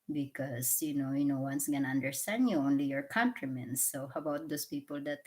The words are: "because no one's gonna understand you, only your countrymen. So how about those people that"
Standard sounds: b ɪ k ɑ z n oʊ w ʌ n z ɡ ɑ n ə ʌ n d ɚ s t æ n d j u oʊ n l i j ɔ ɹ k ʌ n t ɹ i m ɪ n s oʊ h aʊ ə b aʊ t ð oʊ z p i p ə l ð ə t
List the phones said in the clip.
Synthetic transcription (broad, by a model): b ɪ k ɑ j n oʊ w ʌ n s ɡ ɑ n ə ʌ n d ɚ s t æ n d j u oʊ n l i j ɔ ɹ k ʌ n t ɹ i m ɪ n s oʊ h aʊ ə b aʊ t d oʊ s p i p ə l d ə t